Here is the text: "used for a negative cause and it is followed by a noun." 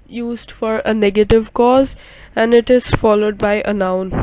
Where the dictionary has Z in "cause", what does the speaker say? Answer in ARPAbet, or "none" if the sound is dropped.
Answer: Z